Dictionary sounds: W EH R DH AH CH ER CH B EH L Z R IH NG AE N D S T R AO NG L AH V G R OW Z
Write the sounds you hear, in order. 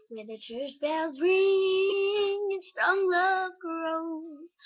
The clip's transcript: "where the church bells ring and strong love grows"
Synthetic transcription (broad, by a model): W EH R DH AH CH ER CH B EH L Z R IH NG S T AO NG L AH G R OW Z